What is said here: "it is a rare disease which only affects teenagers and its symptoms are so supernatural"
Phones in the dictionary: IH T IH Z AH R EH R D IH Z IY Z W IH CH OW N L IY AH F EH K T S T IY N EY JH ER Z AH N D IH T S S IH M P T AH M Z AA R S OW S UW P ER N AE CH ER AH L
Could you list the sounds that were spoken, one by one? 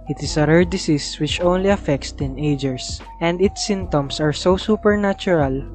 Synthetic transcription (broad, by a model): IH T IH S AH R EH R D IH S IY S W IH CH OW N L IY AH F EH K T S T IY N EY JH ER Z AH N D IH T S S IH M T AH M S AA R S OW S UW P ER N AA CH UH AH L